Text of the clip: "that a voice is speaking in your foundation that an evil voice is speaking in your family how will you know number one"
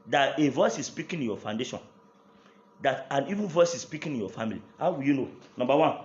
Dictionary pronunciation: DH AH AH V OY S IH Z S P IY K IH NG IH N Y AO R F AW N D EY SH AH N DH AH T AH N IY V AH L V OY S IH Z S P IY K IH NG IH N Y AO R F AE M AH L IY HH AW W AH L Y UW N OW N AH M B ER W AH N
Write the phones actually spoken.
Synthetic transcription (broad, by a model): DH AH AH V OY S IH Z S P IY K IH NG IH N Y AO F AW N D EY SH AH N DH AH T AH N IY V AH N V OY S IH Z S P IY K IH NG IH N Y AO F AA M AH L IY HH AW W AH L Y UW N OW N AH M B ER W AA N